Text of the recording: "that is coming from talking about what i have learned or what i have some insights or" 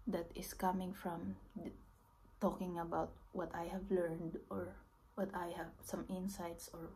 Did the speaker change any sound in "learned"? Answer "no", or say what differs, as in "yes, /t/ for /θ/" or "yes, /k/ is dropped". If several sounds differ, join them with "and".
no